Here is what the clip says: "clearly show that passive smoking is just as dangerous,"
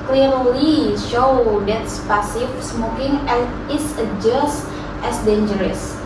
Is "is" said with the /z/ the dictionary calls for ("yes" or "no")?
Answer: no